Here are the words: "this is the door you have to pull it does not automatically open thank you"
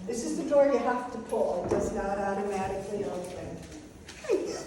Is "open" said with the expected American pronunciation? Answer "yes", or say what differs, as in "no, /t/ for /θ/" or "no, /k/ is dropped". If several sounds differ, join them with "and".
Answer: no, /p/ is dropped